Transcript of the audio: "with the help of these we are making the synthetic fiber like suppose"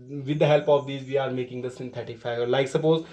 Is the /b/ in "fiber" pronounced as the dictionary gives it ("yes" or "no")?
no